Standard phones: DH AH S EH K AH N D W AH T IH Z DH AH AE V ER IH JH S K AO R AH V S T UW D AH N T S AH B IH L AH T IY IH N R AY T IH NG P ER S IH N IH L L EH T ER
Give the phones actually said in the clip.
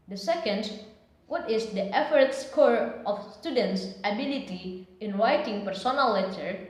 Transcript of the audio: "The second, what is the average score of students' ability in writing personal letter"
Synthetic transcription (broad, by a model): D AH S EH K AH N D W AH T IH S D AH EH F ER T S K AO R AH F S T UW D AH N T S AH B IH L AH T IY IH N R AY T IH NG P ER S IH N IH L L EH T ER